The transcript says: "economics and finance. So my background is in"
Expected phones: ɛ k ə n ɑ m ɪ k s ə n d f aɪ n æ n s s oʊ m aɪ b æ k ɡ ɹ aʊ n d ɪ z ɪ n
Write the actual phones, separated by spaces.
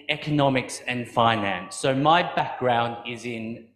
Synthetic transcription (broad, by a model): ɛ k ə n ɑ m ɪ k s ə n f aɪ n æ n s s oʊ m aɪ b æ k ɡ ɹ aʊ n d ɪ z ɪ n